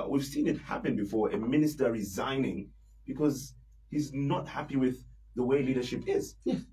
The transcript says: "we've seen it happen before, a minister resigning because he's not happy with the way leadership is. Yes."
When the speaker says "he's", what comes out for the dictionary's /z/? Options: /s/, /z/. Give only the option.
/z/